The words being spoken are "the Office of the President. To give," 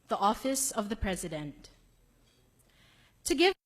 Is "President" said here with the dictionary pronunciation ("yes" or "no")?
yes